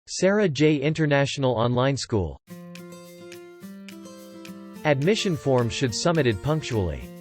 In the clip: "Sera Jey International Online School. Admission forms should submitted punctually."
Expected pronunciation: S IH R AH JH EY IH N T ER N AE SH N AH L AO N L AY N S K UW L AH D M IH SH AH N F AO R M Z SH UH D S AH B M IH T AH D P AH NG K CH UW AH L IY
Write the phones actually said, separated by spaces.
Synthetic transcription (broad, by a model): S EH R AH JH EY IH N T ER N AE SH N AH L AO N L AY N S K UW L AH D M IH SH AH N F AO R M Z SH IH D S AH M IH T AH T P AH NG K CH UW L IY